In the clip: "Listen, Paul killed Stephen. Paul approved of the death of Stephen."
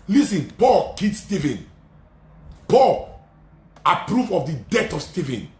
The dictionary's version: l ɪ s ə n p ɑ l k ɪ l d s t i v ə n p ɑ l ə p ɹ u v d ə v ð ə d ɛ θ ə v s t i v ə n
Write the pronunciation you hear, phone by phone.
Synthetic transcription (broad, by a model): l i s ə n p ɑ l k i d s t i v ə n p ɑ l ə p ɹ u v ə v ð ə d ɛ t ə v s t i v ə n